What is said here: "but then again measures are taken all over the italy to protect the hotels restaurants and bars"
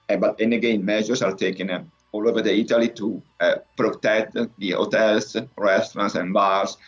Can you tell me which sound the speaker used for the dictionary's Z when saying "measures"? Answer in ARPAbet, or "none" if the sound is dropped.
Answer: S